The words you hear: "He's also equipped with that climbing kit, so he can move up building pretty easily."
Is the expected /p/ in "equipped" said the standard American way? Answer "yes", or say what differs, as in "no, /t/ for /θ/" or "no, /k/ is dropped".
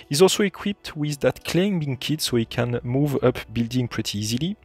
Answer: yes